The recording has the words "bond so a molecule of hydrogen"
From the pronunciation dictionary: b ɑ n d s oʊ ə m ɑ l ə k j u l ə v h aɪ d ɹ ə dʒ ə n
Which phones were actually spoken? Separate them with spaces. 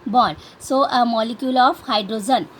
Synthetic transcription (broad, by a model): b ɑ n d s oʊ ə m ɑ l ə k j u l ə p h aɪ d ɹ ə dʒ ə n